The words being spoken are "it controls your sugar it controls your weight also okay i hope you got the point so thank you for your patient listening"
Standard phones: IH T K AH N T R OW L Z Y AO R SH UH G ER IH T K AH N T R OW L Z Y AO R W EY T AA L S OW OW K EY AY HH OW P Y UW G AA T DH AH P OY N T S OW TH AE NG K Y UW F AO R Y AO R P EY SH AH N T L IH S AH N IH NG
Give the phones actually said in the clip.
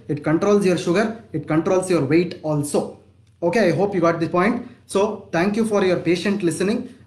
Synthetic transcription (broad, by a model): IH T K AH N T R OW L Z Y AO R SH UH G ER IH T K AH N T R OW L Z Y AO R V EY T AA L S OW OW K EY AY HH OW P Y UW G AA T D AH P OY N T S OW T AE NG K Y UW F AO R Y AO R P EY SH AH N T L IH S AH N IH NG